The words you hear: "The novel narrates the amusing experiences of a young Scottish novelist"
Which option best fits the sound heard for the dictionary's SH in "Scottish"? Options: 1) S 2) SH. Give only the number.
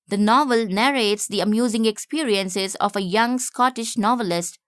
2